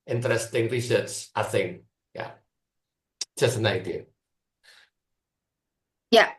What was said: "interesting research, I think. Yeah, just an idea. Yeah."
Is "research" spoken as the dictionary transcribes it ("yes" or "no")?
no